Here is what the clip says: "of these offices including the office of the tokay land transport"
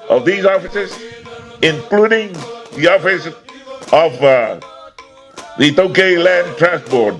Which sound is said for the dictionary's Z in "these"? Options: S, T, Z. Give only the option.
Z